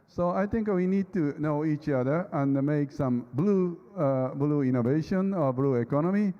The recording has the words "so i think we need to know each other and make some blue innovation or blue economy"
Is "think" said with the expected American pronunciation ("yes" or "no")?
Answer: no